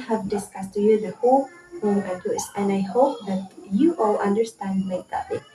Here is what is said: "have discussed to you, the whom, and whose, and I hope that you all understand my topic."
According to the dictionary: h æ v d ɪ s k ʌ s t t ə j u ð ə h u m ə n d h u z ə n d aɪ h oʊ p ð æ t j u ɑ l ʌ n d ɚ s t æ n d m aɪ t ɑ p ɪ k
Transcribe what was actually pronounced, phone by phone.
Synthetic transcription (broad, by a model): h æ v d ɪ s k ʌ s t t j u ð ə h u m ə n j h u s ə n d aɪ h oʊ p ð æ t j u ɑ l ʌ n d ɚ s t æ n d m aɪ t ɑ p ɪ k